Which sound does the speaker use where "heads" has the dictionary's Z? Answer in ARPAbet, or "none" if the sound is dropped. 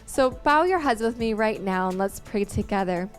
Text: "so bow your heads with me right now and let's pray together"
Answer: Z